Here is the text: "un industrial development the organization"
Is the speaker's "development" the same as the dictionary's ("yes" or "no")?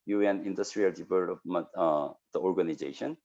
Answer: no